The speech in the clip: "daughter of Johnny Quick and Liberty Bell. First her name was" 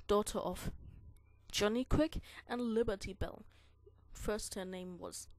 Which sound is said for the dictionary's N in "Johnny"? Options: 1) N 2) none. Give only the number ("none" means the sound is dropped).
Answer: 1